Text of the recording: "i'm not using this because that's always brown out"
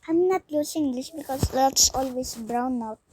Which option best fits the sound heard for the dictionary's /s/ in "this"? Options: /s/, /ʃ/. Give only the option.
/ʃ/